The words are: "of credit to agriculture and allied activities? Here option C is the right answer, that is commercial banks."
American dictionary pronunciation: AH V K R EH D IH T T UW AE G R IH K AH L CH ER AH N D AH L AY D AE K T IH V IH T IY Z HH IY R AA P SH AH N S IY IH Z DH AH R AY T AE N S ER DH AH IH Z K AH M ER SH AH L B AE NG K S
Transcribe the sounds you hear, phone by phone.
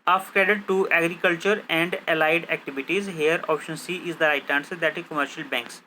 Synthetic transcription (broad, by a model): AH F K EH D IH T T UW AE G R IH K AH L CH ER AH N D AH L AY D AE K T IH V IH T IY Z HH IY R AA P SH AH N S IY IH Z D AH R AY T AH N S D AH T K AH M ER SH AH L B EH NG K S